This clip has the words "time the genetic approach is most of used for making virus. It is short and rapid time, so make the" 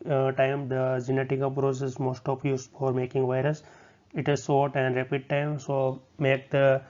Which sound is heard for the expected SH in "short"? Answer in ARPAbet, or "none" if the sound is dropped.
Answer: S